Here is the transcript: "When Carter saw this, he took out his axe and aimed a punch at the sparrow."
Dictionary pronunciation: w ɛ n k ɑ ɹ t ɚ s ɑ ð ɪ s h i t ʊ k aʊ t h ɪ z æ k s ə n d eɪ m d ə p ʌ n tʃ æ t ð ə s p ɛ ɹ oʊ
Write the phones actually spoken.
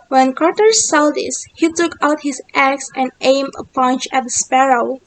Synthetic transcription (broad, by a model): w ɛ n k ɑ ɹ t ɚ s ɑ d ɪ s h i t ʊ k aʊ t h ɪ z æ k s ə n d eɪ m ə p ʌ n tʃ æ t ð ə s p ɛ ɹ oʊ